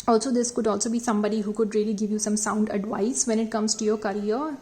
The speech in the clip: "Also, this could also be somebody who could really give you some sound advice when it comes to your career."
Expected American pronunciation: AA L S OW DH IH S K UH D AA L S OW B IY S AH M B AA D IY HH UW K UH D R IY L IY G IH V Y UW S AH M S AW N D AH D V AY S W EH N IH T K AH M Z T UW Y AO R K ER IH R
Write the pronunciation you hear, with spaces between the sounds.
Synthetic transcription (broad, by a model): AA L S OW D IH S K UH D AA L S OW B IY S AH M B AA D IY HH UW K UH D R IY L IY G IH V Y UW S AH M S AW N D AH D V AY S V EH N IH T K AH M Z T UW Y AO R K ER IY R